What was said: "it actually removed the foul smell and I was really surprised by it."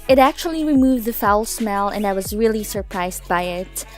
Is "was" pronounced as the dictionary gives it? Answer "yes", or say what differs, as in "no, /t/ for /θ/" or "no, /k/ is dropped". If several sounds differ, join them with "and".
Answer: yes